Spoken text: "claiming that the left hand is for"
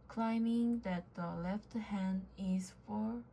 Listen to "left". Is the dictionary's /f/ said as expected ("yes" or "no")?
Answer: yes